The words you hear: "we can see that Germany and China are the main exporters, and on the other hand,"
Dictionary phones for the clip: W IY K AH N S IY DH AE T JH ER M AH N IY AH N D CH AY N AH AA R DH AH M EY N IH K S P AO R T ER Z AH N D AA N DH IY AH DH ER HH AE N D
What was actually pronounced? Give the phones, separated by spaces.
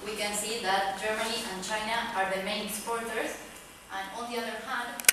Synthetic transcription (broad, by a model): W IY K AH N S IY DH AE T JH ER M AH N IY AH N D CH AY N AH AA R DH AH M EY IH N S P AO R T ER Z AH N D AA L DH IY AH DH ER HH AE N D